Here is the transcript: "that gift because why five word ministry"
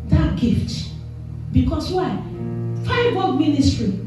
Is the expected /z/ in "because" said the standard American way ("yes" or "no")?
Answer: no